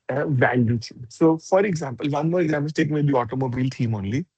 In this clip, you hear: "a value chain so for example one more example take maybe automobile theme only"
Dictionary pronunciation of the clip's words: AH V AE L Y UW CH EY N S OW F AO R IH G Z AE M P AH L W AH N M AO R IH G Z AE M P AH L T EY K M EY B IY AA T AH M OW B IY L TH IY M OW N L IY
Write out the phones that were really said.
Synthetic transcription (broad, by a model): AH V AE L Y UW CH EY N S OW F AO R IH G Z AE M P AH L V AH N M AO R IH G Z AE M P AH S T EY K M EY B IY AA T AH M OW B IY L T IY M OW N L IY